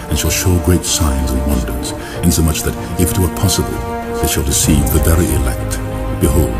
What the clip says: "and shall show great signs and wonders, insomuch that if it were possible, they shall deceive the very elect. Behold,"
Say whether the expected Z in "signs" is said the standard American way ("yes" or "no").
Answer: yes